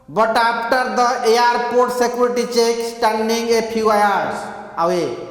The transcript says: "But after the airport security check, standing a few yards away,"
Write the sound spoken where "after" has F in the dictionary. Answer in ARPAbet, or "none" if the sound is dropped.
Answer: P